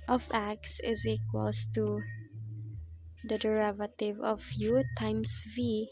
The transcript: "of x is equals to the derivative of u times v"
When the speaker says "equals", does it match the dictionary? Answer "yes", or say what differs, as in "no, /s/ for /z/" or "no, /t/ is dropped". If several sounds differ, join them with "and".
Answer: no, /s/ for /z/